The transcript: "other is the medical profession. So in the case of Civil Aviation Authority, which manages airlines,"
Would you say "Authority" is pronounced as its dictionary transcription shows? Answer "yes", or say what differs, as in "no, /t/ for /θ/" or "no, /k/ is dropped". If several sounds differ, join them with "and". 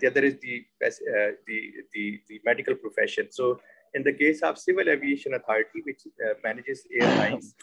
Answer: no, /t/ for /θ/